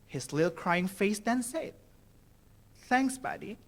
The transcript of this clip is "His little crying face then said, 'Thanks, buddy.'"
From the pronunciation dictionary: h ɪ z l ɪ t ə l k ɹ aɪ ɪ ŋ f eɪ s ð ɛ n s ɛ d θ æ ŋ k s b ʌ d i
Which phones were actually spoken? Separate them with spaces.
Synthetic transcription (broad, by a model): h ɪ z l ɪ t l k ɹ aɪ ɪ ŋ f eɪ s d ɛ n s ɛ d θ æ ŋ k s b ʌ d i